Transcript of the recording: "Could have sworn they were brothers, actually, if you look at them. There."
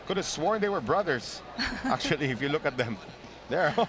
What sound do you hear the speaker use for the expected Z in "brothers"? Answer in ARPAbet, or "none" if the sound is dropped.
S